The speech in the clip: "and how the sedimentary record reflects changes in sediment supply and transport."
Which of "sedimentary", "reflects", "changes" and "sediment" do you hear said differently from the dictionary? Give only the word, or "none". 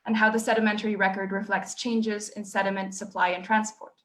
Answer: none